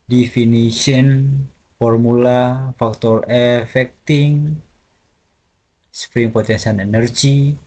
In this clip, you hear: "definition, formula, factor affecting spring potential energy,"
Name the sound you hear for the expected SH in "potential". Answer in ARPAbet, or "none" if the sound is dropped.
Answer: S